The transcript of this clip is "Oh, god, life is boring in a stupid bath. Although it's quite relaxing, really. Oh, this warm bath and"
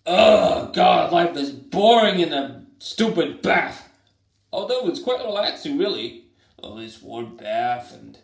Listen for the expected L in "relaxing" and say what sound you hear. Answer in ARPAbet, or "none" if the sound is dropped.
none